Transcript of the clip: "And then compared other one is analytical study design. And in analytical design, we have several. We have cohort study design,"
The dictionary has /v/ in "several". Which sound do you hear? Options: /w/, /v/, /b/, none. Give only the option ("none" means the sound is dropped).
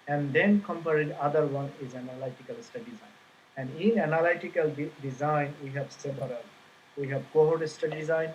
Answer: /b/